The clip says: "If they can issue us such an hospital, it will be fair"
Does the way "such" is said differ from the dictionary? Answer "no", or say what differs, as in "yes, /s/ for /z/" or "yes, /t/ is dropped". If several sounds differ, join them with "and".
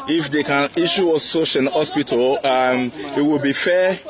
yes, /ʃ/ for /tʃ/